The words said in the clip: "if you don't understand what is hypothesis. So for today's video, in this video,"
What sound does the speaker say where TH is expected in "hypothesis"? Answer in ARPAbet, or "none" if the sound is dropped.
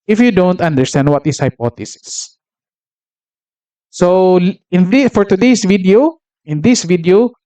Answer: T